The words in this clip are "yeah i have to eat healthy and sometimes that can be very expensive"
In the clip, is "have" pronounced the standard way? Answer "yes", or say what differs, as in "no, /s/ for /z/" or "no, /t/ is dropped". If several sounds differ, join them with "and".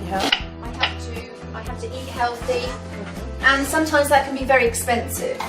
no, /f/ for /v/